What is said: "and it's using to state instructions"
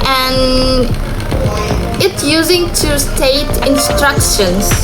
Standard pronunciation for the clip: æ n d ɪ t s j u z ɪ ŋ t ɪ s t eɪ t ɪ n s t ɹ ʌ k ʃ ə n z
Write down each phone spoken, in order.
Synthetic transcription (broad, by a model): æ n ɪ t s j u z ɪ ŋ t ɪ s t eɪ t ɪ n s t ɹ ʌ k ʃ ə n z